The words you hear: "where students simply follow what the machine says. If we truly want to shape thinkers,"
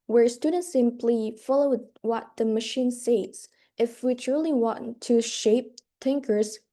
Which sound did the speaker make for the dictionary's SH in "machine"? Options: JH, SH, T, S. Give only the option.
SH